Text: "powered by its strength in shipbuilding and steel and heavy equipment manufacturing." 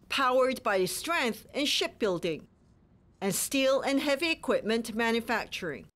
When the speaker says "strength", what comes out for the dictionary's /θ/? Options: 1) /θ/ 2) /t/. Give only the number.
1